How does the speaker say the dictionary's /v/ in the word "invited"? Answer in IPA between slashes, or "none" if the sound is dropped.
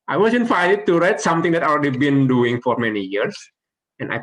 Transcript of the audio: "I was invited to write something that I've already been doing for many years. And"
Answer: /f/